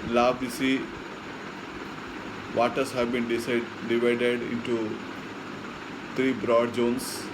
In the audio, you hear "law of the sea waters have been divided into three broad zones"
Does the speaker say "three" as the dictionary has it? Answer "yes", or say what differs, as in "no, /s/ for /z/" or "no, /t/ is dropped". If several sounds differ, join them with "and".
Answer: no, /t/ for /θ/